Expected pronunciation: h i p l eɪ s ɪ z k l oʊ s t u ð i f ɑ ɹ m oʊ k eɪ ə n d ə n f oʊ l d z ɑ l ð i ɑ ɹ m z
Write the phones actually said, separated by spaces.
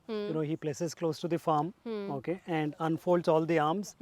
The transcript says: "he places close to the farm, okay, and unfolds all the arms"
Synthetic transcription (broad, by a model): h i p l eɪ s ɪ z k l oʊ s t u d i f ɑ ɹ m oʊ k eɪ ə n d ə n f oʊ l d z ɑ l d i ɑ ɹ m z